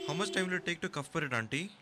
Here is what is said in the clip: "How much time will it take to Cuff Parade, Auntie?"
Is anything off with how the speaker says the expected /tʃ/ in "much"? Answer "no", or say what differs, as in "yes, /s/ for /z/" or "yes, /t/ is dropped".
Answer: yes, /s/ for /tʃ/